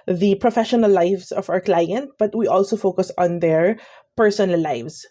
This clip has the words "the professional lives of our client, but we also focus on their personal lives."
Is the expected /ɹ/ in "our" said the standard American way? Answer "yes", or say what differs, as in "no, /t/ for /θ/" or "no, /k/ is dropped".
yes